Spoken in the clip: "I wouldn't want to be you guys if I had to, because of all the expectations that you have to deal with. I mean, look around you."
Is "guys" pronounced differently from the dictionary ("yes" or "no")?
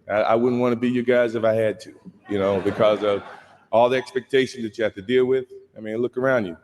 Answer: no